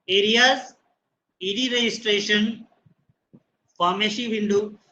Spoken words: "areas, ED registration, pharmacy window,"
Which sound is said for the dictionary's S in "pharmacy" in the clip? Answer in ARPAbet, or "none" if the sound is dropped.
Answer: SH